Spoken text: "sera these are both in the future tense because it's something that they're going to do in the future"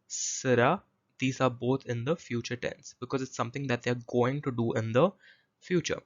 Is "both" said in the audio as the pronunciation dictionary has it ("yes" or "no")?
no